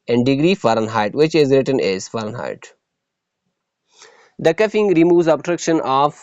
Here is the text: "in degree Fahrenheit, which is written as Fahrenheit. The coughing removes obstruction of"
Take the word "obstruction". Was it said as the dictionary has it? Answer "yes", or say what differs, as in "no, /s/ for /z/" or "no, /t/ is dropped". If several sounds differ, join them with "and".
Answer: no, /s/ is dropped